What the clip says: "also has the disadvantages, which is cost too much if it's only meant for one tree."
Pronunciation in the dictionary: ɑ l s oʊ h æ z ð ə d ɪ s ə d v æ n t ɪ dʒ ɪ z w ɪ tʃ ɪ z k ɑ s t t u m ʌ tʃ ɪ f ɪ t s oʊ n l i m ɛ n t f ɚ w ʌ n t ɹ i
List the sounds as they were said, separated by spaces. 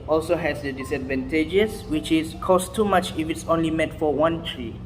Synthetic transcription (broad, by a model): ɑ l s oʊ h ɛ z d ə d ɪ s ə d v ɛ n t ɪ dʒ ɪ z w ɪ tʃ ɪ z k ɑ s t t u m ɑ tʃ ɪ f ɪ t s oʊ n l i m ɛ t f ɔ w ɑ n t ɹ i